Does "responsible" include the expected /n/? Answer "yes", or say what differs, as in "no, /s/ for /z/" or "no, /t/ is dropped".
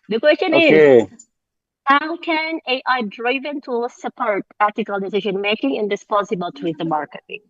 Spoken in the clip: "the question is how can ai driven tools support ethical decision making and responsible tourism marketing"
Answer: no, /n/ is dropped